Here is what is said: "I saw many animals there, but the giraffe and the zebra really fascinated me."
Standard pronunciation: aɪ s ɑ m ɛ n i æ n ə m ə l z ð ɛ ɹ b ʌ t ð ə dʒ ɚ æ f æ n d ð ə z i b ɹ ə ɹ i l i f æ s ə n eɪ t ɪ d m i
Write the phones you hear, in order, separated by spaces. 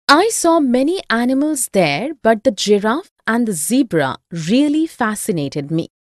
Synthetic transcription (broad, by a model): aɪ s ɑ m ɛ n i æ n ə m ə l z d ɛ ɹ b ʌ t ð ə dʒ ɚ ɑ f æ n d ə z i b ɹ ə ɹ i l i f æ s ə n eɪ t ɪ d m i